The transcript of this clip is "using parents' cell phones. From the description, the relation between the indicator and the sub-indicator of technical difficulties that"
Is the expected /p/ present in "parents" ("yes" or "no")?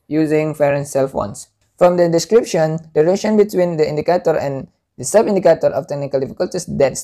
no